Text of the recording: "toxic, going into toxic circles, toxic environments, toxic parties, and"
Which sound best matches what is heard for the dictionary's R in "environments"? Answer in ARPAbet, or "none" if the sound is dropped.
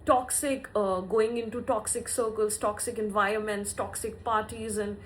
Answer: R